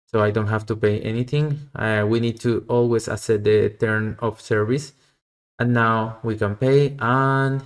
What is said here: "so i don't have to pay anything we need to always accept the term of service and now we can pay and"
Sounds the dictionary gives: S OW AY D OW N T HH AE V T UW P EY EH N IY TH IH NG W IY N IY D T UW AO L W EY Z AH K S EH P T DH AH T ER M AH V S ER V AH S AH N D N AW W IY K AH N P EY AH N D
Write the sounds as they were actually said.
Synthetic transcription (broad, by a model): S OW AY D OW N T HH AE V T UW P EY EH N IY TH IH NG W IY N IY D T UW AO L W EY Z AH S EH T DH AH T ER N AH F S ER V AH S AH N N AW W IY K AH N P EY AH N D